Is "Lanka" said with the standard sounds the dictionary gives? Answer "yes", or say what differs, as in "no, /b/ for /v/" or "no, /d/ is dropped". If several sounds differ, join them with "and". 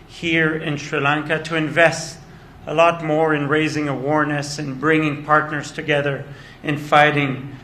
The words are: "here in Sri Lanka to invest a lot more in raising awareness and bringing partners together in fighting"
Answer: yes